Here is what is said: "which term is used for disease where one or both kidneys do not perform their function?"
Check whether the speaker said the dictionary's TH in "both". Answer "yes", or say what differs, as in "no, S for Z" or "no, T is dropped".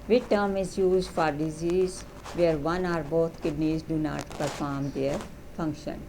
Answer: no, T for TH